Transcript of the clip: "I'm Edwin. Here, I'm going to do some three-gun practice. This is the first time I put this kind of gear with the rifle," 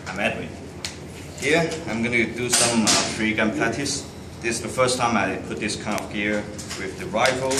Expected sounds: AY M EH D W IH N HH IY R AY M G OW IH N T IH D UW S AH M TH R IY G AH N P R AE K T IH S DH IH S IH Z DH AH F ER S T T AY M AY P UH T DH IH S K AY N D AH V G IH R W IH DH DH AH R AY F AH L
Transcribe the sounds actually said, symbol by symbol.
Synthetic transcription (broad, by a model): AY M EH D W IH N HH IY R AY M G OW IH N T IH D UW S AH M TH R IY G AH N P L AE T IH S DH IH S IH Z DH AH F ER S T T AY M AY P UH T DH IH S K AY N D AH V G IH R W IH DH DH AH R AY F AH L